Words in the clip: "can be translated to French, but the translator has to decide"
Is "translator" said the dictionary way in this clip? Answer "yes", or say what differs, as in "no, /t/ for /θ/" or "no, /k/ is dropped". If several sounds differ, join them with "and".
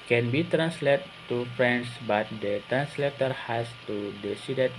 yes